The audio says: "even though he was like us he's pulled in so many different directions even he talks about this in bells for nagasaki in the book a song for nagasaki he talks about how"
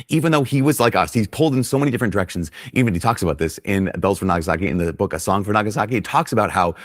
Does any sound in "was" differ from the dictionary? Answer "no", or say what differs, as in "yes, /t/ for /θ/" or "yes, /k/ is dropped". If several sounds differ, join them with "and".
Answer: no